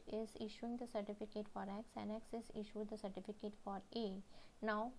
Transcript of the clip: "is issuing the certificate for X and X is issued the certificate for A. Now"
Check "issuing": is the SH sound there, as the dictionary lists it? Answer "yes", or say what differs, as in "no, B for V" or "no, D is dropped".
yes